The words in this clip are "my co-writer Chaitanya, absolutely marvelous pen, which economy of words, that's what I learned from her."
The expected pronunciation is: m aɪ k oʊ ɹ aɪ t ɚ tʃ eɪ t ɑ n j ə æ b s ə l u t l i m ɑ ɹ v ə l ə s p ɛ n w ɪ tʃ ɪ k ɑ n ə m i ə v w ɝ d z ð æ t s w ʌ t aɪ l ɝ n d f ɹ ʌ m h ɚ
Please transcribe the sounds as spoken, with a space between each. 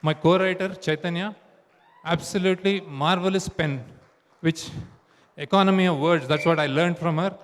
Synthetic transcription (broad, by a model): m aɪ k oʊ ɹ aɪ t ɚ tʃ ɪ t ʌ n j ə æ b s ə l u t l i m ɑ ɹ v ə l ə s p ɛ n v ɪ tʃ ɪ k ɑ n ə m i ə v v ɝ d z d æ t s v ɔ t aɪ l ɝ n d f ɹ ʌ m h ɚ